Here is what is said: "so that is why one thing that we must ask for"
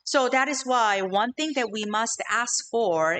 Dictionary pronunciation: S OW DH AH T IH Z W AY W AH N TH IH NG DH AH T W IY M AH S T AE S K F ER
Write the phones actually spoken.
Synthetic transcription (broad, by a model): S OW DH AH T IH Z W AY W AH N TH IH NG DH AH T W IY M AH S T AE S K F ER